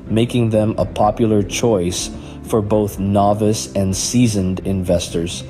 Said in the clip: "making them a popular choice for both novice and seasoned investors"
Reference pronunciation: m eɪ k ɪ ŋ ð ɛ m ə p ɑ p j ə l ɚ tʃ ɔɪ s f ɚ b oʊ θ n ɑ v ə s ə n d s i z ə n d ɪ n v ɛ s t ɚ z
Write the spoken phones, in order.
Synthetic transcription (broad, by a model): m eɪ k ɪ ŋ ð ɛ m ə p ɑ p j l ɚ tʃ ɔɪ s f ɚ b oʊ θ n ɑ v ə s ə n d s i z ə n d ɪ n v ɛ s t ɚ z